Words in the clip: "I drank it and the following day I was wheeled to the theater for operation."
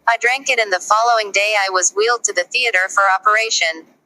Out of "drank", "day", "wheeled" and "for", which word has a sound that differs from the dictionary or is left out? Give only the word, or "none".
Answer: none